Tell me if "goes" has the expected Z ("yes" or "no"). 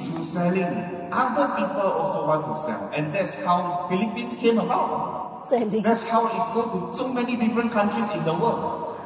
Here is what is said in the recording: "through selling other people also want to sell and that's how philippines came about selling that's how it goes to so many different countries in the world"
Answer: no